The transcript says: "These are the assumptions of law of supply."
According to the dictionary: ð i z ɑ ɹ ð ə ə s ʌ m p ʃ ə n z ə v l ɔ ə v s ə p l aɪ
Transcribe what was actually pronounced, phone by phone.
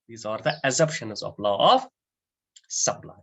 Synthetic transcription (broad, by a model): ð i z ɑ ɹ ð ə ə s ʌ p ʃ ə n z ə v l ɔ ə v s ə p l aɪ